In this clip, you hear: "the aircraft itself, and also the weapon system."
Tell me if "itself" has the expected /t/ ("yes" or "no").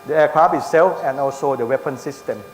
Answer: no